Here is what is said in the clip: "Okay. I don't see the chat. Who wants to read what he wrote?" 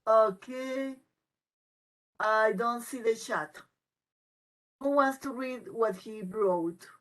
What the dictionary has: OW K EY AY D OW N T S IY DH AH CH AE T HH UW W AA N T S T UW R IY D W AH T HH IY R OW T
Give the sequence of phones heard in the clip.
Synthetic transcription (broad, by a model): OW K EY AY D OW N T S IY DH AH SH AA T HH UW W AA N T S T UW R IY D W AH T HH IY R OW T